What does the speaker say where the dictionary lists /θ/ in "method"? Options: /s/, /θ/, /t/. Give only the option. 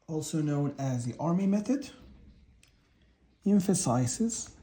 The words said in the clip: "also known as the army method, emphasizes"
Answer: /θ/